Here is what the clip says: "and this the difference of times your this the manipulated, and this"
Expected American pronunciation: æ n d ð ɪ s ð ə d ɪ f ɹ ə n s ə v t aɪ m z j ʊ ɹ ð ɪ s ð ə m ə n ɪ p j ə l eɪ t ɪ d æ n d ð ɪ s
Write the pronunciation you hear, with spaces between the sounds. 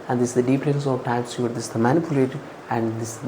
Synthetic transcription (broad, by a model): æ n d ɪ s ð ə d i p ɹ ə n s ə v t aɪ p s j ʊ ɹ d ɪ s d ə m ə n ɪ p j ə l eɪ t æ n d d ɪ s